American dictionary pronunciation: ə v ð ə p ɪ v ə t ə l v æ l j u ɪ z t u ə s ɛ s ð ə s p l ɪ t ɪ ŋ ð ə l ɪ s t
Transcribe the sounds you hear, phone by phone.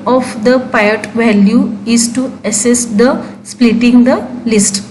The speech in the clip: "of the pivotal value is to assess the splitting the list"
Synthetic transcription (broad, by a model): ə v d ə p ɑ ə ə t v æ l j u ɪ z t u ə s ɛ s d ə s p l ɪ t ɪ ŋ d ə l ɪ s t